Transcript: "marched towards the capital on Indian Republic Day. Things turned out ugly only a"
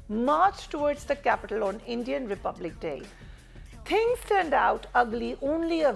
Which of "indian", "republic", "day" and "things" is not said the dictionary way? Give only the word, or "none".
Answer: things